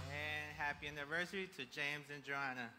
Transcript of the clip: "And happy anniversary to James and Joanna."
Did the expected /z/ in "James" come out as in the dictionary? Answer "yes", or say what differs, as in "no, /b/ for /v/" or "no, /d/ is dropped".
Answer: yes